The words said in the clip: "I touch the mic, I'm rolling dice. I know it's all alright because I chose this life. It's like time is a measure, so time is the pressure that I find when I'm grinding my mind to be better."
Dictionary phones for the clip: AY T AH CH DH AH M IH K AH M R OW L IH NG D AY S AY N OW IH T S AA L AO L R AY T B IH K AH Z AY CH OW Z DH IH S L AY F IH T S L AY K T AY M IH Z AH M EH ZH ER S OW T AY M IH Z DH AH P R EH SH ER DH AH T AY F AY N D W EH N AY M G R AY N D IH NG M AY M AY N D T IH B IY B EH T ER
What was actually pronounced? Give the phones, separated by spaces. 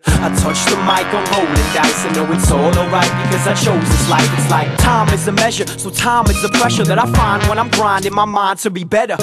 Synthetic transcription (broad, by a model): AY T AH CH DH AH M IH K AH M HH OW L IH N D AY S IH N OW IH T S AA L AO R AY T B IH K AH Z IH CH OW Z DH IH S L AY F IH T S L AY K T AY M IH Z AH M EH ZH ER S OW T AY M IH Z DH AH P R EH SH ER DH AH T AY F AY N D W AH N AY M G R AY N D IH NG M AY M AY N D T IH B IY B EH T ER